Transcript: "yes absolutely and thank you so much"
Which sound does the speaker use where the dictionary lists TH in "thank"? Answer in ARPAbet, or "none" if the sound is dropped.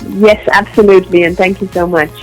TH